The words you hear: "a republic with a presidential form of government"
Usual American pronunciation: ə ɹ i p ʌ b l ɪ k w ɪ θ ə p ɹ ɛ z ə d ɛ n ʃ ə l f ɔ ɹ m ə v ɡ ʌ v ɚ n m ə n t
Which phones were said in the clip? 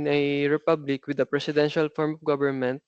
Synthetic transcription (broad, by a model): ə ɹ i p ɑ b l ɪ k w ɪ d ə p ɹ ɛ s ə d ɛ n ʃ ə l f ɔ ɹ m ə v ɡ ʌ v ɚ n m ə n t